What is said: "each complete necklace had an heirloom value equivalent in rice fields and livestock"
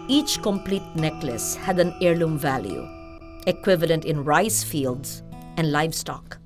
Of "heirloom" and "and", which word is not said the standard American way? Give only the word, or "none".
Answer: none